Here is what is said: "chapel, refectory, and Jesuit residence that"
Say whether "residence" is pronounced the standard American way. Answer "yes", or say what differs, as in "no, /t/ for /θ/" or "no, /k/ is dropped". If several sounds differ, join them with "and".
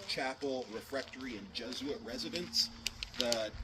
yes